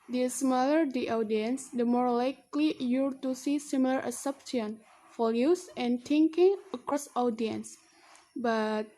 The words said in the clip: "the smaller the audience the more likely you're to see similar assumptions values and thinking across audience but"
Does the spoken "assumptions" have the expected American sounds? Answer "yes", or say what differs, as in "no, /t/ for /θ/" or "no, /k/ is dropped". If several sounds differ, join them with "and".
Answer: no, /m/ is dropped